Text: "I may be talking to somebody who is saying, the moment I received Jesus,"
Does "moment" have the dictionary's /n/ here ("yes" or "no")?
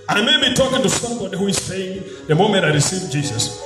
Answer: no